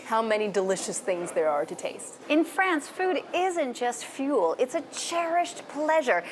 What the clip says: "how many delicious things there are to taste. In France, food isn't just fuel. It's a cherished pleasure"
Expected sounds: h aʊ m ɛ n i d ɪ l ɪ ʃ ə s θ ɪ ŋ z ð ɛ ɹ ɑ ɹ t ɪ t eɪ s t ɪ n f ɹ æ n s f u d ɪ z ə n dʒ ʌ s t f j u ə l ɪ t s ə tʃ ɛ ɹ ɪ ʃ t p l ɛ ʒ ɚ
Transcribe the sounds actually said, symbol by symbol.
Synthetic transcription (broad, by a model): h aʊ m ɛ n i d ɪ l ɪ ʃ ə s θ ɪ ŋ z ð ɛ ɹ ɑ ɹ t ɪ t eɪ s t ɪ n f ɹ æ n s f u d ɪ z ə n dʒ ʌ s t f j u l ɪ t s ə tʃ ɛ ɹ ɪ ʃ t p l ɛ ʒ ɚ